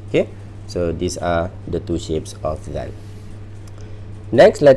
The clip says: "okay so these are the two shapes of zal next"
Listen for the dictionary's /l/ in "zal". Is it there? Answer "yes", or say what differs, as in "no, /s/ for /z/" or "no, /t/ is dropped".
no, /n/ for /l/